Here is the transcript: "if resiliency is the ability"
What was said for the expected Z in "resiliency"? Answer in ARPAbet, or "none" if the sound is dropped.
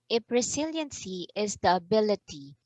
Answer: S